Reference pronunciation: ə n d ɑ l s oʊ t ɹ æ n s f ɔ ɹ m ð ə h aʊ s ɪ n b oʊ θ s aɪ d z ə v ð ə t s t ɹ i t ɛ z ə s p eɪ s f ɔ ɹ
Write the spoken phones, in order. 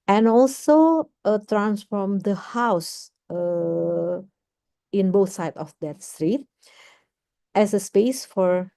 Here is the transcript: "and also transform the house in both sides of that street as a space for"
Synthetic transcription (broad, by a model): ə n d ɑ l s oʊ t ɹ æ n s f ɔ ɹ m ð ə h aʊ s ɪ n b oʊ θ s aɪ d ə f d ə t s t ɹ i t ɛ s ə s p eɪ s f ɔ ɹ